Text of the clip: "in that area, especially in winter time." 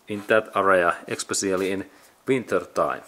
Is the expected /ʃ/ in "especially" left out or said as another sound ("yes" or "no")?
yes